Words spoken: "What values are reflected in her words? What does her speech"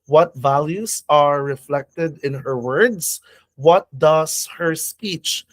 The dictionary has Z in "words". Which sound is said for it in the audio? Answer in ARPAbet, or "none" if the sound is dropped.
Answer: S